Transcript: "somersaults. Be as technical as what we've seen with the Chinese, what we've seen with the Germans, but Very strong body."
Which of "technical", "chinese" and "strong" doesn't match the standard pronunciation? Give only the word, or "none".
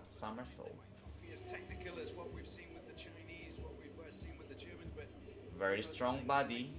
none